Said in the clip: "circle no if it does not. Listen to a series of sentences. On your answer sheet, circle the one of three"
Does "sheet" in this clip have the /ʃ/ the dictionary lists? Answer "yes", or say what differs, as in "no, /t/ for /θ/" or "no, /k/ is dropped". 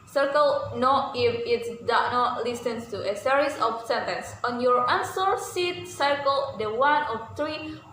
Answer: no, /s/ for /ʃ/